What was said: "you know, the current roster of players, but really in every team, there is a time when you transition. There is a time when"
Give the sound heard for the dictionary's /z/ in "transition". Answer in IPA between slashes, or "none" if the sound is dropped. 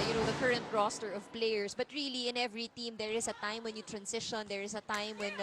/s/